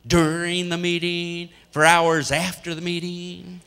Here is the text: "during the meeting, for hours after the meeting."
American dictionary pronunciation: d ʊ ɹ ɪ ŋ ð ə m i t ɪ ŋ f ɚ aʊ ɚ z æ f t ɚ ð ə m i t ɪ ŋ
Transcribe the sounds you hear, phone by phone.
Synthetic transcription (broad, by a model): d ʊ ɹ ɪ ŋ ð ə m i t ɪ ŋ f ɚ aʊ ɚ z æ f t ɚ ð ə m i t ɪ ŋ